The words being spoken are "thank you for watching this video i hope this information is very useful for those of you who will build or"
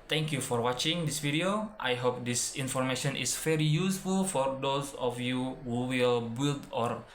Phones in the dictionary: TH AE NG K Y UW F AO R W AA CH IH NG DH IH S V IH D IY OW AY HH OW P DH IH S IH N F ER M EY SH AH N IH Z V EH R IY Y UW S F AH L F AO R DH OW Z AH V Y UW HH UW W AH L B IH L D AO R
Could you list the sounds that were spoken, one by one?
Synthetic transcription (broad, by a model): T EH NG K Y UW F AO R W AA CH IH NG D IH S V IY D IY OW AY HH OW P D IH S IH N F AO M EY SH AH N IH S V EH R IY Y UW S F AH L F AO R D OW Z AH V Y UW HH UW W AH L B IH L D AO R